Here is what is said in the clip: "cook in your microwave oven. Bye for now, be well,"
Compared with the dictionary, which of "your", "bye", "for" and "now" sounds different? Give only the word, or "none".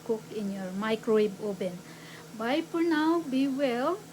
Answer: for